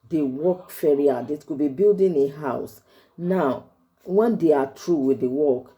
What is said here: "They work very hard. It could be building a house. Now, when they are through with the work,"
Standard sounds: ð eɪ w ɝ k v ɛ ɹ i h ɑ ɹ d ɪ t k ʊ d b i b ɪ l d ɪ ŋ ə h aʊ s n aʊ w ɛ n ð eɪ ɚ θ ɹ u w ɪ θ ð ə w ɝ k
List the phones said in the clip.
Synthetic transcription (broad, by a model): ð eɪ w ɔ k f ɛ ɹ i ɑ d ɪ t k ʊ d b i b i l d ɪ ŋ ə h aʊ s n aʊ w ɛ n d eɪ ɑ t ɹ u w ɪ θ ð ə w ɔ k